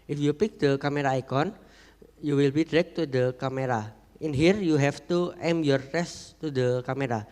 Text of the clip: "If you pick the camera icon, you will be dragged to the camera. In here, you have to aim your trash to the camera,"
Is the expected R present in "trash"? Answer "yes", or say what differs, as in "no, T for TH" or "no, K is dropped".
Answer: no, R is dropped